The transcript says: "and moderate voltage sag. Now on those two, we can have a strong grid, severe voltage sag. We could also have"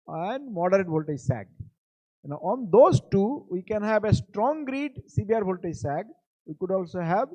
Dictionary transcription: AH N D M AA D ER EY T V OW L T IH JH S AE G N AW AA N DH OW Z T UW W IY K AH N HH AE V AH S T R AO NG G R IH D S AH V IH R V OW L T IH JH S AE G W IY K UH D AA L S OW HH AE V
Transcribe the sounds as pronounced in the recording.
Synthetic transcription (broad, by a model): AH N D M AA D ER EY T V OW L T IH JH S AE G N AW AA N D OW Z T UW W IY K AH N HH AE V AH S T R AO NG G R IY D S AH B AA R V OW L T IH S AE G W IY K UH D AA L S OW HH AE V